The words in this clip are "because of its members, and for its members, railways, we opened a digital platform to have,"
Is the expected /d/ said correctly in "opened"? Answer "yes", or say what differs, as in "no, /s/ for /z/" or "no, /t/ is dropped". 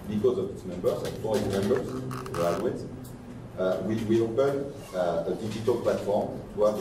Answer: no, /d/ is dropped